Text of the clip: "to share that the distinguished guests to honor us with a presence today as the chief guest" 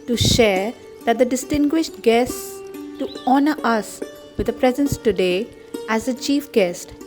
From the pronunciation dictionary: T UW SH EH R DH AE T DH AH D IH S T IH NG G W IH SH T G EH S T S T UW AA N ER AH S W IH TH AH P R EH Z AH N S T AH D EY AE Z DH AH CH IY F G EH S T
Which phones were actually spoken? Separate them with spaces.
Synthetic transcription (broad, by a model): T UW SH EH R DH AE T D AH D IH S T IH NG G W IH SH T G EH S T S T UW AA N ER AH S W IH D AH P R EH Z AH N S T AH D EY AE Z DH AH CH IY F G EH S T